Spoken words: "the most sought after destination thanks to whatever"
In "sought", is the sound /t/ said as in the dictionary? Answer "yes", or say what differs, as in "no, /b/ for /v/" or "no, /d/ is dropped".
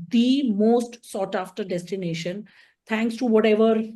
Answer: yes